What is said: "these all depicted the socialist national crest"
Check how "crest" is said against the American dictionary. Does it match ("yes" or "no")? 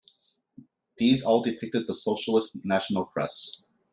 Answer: no